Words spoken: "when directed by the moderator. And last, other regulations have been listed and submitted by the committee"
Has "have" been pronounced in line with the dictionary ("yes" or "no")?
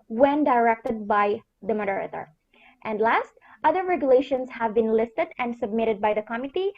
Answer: yes